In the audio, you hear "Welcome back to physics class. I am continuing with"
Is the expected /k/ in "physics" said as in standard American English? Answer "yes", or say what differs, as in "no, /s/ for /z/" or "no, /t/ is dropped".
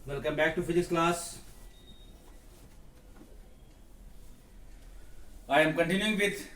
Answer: no, /k/ is dropped